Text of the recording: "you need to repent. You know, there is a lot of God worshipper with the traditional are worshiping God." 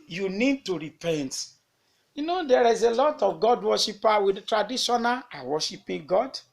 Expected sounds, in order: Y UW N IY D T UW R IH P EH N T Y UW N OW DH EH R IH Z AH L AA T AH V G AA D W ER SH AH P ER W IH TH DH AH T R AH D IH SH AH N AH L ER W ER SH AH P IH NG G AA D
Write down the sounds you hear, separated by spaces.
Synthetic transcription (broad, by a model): Y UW N IY D T UW R IH P EH N T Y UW N OW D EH R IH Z AH L AA T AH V G AA D W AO SH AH P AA W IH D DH T R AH D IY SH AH N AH L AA W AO SH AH P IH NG G AA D